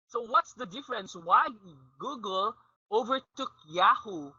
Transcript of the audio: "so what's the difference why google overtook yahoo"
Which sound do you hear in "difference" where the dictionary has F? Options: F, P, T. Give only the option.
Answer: F